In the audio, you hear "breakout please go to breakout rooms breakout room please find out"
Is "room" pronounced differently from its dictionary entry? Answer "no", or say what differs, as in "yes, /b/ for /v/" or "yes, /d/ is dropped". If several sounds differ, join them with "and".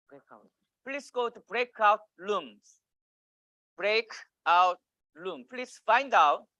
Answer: yes, /l/ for /ɹ/